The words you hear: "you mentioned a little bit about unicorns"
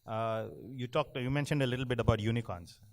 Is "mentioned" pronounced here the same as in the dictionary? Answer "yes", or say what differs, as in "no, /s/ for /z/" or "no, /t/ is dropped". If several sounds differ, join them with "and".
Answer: yes